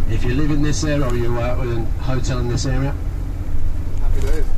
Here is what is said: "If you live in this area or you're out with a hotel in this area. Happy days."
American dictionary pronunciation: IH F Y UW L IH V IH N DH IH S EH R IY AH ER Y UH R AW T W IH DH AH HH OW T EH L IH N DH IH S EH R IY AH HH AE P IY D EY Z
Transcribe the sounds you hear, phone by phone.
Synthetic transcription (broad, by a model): IH F Y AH L IH V IH N DH IH S EH R IY AH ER Y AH W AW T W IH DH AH HH OW T EH L IH N DH IH S EH R IY AH